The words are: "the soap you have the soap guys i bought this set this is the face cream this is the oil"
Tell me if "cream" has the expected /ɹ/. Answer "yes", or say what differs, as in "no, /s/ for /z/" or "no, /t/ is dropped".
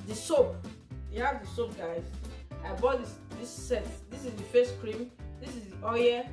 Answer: yes